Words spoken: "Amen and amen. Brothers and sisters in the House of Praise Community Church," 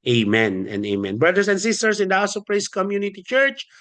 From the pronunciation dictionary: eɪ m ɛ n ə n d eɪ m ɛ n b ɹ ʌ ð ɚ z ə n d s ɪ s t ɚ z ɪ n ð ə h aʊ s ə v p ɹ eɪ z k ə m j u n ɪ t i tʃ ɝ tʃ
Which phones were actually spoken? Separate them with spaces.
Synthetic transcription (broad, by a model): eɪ m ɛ n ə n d eɪ m ɛ n b ɹ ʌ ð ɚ s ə n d s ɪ s t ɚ s ɪ n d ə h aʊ s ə p ɹ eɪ s k ə m j u n ɪ t i tʃ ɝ tʃ